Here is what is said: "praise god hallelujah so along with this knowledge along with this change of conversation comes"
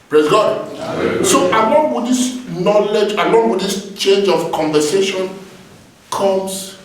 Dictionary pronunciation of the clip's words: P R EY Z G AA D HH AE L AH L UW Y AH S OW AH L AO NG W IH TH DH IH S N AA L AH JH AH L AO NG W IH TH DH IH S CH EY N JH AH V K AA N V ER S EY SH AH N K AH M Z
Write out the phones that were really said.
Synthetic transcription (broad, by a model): P R EY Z G AA D S OW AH L AO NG W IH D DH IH S N AA L AH JH AH L AO NG W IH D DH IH S CH EY N JH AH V K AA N V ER S EY SH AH N K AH M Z